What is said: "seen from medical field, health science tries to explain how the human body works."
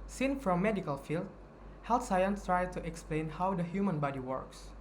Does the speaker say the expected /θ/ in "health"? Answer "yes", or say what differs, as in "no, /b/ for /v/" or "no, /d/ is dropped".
no, /t/ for /θ/